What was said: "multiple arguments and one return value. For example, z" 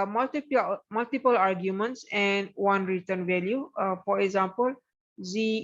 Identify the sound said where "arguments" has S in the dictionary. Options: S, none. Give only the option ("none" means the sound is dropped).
S